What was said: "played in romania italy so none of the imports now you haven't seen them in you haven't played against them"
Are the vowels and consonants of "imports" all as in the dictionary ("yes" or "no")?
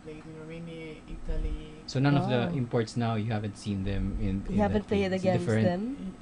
yes